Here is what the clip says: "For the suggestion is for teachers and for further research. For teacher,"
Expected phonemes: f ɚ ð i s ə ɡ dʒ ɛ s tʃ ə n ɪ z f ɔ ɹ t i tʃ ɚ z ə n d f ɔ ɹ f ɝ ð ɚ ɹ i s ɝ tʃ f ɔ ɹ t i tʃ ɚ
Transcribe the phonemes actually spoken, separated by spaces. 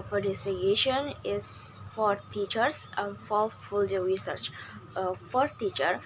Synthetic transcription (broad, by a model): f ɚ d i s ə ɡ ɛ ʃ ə n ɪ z f ɔ ɹ t i tʃ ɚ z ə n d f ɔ l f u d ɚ ɹ i s ɝ tʃ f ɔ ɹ t i tʃ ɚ